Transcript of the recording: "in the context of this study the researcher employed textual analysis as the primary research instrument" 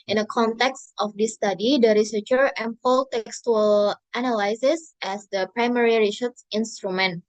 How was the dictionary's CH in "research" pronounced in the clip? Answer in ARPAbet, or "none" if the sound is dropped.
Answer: S